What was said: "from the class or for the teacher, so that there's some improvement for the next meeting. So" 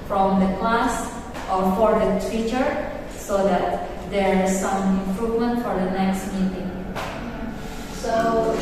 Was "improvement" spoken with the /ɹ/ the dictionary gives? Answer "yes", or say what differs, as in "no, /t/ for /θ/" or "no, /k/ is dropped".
yes